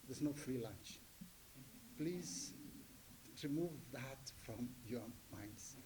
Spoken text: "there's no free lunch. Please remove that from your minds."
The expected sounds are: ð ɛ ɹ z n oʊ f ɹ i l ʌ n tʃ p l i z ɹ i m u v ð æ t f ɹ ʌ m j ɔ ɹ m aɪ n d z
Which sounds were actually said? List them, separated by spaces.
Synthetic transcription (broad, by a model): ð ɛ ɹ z n oʊ f ɹ i l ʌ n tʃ p l i z ɹ i m u v ð æ t f ɹ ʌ m j ɔ ɹ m aɪ n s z